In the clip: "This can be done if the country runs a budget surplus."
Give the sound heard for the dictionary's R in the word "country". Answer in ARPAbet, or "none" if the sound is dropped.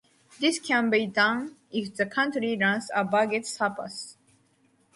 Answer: R